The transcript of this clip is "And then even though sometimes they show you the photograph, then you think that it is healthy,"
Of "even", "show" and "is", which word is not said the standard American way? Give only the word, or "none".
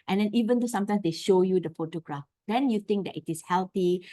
is